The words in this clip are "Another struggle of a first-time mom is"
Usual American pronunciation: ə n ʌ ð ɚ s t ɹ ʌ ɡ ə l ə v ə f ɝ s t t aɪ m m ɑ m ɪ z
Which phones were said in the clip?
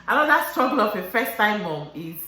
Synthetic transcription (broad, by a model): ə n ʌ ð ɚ s t ɹ ʌ ɡ ə l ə p ə f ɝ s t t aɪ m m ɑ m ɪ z